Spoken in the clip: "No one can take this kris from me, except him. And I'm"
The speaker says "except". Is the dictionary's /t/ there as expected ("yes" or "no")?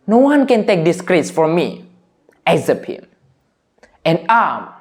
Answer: no